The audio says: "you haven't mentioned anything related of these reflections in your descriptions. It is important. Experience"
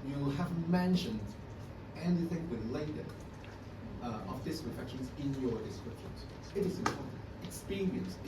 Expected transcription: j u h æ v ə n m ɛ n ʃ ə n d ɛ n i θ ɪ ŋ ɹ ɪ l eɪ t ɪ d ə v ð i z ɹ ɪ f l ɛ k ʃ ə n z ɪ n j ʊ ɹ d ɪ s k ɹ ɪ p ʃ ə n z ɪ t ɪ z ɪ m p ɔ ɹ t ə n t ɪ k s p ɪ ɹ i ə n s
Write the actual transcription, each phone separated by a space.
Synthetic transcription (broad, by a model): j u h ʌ v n m ɛ n ʃ ə n d ɛ n i θ ɪ ŋ w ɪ l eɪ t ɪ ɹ ə v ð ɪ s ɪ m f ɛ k ʃ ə n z ɪ n j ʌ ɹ d ɪ s k ɹ ɪ p ʃ ə n z ɪ t ɪ z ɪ m p ɔ ɹ t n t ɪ k s p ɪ ɹ i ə n s